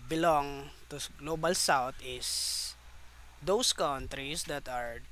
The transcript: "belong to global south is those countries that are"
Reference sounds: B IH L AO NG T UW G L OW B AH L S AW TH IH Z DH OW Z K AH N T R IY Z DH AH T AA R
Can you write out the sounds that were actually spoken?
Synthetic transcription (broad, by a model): B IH L AO NG T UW G L OW B AH L S AW T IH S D OW S K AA N T R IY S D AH T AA R